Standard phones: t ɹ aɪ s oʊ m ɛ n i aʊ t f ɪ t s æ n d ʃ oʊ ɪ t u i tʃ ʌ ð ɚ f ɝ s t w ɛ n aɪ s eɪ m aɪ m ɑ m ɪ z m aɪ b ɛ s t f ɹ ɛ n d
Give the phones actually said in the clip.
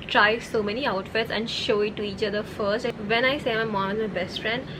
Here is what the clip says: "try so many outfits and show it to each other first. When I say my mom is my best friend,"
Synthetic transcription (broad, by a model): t ɹ aɪ s oʊ m ɛ n i aʊ t f ɪ t s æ n d ʃ oʊ ɪ t u i tʃ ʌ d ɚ f ɝ s t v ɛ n aɪ s eɪ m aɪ m ɑ m ɪ z m aɪ b ɛ s t f ɹ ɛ n d